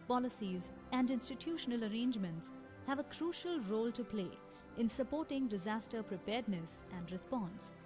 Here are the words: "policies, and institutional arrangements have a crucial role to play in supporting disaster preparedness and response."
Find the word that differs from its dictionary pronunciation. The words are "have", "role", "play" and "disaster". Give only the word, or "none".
none